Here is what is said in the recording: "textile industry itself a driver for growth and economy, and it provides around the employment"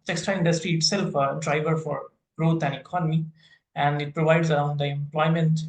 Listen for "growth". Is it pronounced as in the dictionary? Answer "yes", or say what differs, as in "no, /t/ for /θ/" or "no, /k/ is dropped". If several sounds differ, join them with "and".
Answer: no, /t/ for /θ/